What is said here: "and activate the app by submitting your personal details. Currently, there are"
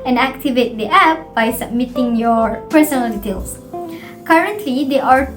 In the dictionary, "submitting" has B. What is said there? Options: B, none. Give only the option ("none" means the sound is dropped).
B